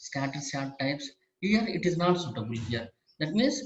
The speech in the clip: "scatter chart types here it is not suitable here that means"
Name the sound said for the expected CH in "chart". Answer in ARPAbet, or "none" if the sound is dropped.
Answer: S